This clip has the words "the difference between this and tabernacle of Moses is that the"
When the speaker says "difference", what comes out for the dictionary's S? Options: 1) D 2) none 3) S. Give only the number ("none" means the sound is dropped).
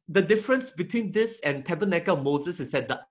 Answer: 3